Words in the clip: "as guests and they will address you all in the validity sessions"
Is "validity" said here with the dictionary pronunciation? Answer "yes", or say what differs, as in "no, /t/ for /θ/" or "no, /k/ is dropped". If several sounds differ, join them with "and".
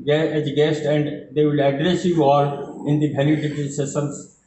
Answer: no, /b/ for /v/